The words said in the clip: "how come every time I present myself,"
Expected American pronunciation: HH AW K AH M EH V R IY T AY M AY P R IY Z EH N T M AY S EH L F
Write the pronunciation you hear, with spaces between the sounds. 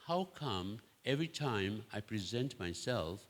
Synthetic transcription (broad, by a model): HH AW K AH M EH V R IY T AY M AY P R IY Z EH N T M AY S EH L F